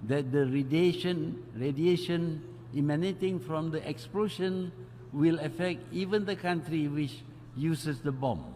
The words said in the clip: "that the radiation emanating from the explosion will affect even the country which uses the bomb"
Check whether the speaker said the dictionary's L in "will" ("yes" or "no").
yes